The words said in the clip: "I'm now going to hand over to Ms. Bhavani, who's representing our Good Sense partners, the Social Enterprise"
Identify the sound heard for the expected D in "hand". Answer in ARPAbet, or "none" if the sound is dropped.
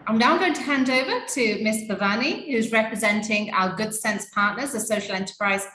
D